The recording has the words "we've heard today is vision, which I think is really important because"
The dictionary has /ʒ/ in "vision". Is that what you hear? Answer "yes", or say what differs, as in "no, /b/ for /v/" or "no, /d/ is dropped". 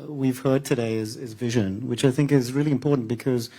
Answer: yes